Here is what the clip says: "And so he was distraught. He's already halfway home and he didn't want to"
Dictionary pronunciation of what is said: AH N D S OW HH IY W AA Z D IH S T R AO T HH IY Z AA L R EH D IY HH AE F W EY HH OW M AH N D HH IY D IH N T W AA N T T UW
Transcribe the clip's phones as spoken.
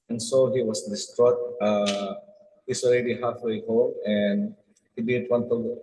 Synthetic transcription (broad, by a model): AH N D S OW HH IY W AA S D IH S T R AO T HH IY S AA L R EH D IY HH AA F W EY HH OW AH N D HH IY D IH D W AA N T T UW